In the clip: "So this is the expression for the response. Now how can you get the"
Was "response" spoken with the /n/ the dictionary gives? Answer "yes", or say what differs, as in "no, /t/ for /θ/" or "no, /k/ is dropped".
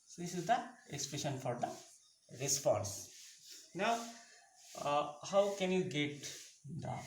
yes